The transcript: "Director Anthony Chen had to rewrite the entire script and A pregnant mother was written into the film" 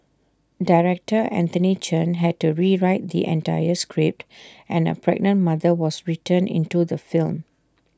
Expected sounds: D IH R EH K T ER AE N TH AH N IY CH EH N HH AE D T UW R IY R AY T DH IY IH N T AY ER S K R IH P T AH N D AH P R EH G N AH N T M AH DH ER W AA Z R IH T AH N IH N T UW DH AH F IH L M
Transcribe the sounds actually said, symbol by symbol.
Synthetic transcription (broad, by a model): D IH R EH K T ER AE N T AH N IY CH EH N HH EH D T UW R IY R AY T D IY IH N T AY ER S K R IH P T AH N AH P R EH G N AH N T M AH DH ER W AA S R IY T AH N IH N T UW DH AH F IH L M